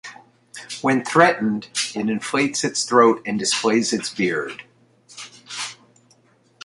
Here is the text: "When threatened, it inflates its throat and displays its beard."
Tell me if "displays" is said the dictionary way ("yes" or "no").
yes